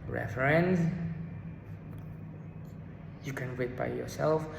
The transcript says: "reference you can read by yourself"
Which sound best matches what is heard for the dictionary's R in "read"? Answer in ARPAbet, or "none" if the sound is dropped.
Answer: W